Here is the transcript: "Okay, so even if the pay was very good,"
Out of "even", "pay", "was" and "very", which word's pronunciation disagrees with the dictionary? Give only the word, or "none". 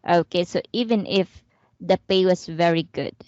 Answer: was